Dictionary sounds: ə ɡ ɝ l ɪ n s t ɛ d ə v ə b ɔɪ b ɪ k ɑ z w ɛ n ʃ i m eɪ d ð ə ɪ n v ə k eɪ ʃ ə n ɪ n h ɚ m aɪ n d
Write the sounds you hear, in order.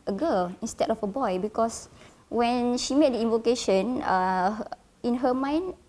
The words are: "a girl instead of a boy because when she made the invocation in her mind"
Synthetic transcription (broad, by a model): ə ɡ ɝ l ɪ n s t ɛ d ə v ə b ɔɪ b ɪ k ɑ s w ɛ n ʃ i m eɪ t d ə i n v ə k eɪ ʃ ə n ɪ n h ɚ m aɪ n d